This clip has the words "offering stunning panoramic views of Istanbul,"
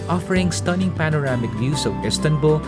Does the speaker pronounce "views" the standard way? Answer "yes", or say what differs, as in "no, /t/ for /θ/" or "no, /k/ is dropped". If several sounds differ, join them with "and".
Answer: no, /s/ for /z/